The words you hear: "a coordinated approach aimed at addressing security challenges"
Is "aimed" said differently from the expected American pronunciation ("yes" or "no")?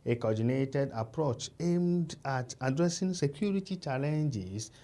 no